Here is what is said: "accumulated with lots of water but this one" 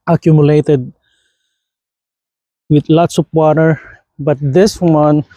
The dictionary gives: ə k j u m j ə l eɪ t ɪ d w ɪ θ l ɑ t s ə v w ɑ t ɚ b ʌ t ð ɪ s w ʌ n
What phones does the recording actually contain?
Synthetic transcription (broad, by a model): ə k j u m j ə l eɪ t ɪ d w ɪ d l ɑ t s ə p w ɑ t ɚ b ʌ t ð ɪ s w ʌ n